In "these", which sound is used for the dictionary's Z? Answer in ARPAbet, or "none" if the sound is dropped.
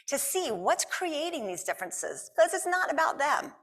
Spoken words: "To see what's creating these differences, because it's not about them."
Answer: Z